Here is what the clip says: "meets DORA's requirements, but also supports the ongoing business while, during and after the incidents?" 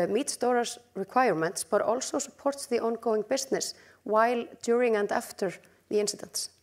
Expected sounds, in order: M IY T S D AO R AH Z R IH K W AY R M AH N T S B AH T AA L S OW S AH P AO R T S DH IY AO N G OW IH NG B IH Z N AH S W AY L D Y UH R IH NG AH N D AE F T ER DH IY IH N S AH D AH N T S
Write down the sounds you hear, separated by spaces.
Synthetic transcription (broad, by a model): M IY T S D AO R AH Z R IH K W AY R M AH N T S B AH T AA L S OW S AH P AO R T S DH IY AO N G OW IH NG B IH S N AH S W AY L D Y UH R IH NG AH N D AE F T ER DH IY IH N S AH D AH N T S